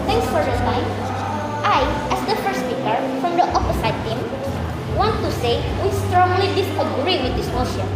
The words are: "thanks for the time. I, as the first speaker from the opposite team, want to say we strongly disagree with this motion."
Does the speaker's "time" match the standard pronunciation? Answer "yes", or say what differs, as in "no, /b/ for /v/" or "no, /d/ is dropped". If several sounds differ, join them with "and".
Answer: no, /s/ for /t/